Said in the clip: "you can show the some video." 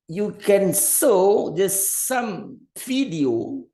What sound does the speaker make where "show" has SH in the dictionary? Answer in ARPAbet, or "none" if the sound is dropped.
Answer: S